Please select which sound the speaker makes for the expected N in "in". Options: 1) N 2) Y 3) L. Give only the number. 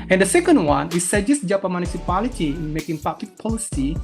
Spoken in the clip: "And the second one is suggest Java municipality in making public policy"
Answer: 1